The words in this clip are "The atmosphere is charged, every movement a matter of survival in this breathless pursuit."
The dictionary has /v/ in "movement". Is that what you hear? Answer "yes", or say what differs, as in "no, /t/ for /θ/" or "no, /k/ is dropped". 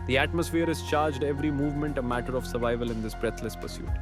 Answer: yes